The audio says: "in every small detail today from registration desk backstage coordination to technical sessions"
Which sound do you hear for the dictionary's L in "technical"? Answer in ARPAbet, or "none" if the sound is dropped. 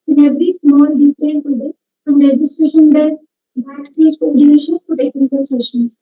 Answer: N